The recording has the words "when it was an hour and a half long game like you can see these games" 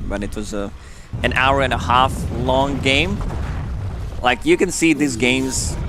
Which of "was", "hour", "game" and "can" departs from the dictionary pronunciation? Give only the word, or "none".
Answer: none